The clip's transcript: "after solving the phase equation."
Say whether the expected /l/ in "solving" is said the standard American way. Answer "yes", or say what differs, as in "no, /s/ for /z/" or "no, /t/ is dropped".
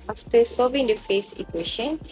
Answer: no, /l/ is dropped